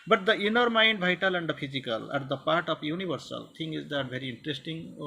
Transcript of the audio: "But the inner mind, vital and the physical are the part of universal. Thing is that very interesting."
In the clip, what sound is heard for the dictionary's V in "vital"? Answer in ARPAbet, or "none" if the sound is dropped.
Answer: B